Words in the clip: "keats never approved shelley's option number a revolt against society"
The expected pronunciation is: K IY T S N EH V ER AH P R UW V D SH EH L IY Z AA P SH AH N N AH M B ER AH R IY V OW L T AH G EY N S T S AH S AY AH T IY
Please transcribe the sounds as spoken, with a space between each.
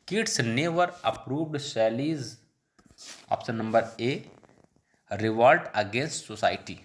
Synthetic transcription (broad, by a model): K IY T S N EH V ER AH P R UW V D S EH L IY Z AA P S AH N N AH M B ER AH R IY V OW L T AH G EY N S T S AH S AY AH T IY